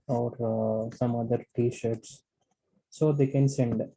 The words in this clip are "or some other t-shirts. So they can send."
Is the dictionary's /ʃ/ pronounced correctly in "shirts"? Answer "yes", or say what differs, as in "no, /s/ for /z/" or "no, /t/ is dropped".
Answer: yes